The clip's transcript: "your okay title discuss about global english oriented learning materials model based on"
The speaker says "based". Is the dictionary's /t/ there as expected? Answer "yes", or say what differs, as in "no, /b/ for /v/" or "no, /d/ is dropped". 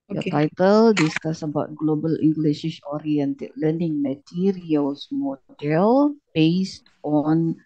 yes